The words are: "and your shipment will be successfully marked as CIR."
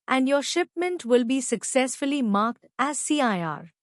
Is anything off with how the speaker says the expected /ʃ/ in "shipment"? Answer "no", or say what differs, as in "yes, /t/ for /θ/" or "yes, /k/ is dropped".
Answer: no